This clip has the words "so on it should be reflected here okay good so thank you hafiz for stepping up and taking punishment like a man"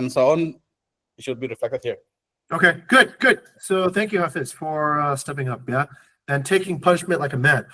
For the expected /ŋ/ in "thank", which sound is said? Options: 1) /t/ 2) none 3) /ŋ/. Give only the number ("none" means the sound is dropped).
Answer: 3